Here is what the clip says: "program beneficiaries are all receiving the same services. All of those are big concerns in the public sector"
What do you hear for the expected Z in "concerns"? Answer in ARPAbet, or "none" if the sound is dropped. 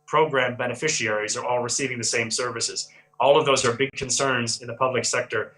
Z